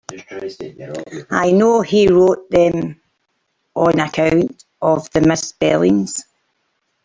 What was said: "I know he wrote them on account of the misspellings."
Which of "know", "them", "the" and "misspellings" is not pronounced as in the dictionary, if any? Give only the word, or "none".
misspellings